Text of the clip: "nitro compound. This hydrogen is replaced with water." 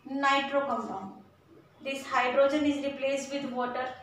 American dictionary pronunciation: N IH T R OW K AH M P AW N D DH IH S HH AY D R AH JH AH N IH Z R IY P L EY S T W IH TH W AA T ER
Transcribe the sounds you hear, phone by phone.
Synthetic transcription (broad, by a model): N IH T R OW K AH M F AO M D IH S HH AY D R AH JH AH N IH Z R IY P L EY S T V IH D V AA T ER